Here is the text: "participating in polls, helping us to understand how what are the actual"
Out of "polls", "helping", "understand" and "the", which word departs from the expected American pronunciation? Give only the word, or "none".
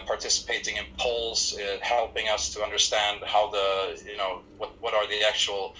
none